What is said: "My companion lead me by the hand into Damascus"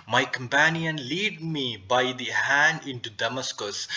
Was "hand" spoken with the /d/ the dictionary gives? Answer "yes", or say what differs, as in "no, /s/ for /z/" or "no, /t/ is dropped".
yes